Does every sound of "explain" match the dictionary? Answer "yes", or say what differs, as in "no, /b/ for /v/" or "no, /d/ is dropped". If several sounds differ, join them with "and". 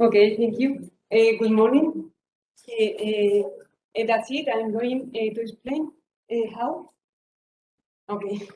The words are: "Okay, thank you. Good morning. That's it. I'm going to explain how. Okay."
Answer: no, /k/ is dropped